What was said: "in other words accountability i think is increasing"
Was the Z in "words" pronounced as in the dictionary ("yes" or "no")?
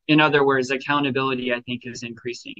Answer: yes